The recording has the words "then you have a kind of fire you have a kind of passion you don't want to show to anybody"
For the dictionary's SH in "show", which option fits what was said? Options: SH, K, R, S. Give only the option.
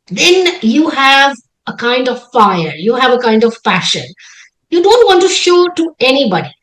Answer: SH